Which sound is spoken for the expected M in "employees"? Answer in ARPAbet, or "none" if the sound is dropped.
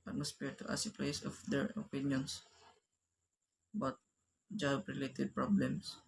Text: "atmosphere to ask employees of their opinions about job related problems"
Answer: none